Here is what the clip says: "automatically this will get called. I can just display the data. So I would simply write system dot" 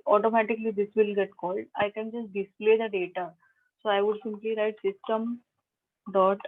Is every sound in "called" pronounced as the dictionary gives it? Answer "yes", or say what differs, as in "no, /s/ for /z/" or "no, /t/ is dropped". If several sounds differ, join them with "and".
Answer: yes